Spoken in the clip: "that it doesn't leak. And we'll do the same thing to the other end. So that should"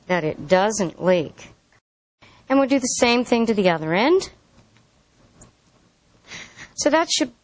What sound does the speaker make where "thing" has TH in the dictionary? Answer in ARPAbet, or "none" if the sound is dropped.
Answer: TH